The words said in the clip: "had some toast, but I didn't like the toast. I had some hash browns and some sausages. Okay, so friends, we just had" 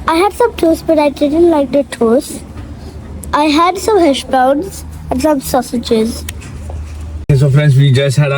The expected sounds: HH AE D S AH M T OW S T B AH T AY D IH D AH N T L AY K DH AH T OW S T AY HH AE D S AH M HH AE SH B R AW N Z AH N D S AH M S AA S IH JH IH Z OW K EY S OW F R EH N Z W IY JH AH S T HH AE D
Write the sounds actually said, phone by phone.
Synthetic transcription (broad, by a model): HH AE D S AH M T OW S B AH T AY D IH D AH N T L AY K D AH T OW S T AY HH AE D S AH M HH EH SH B AW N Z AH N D S AH M S AA S IH JH IH Z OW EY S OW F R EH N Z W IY JH AH S T HH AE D